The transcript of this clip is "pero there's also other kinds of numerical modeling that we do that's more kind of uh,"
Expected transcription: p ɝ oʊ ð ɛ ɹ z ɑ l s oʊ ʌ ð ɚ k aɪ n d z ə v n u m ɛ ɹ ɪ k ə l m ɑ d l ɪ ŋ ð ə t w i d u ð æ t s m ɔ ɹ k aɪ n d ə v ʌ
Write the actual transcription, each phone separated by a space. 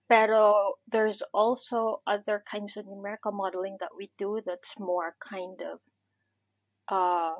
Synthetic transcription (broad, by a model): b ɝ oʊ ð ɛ ɹ z ɑ l s oʊ ʌ ð ɚ k aɪ n d z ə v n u m ɛ ɹ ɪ k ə m ɑ d l ɪ ŋ ð ə t w i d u ð æ t s m ɔ ɹ k aɪ n d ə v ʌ